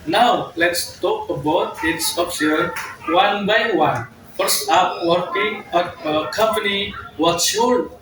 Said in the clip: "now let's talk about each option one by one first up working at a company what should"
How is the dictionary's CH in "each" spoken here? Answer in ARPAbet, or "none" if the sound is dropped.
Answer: S